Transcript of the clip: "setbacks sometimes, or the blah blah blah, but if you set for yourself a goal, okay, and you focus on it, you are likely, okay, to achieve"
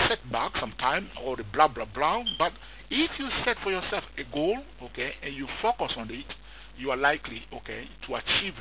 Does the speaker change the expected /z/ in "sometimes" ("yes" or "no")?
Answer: yes